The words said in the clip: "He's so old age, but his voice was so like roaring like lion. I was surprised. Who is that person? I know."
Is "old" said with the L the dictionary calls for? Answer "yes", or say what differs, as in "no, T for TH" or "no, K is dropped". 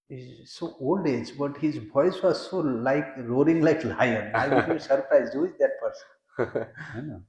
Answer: yes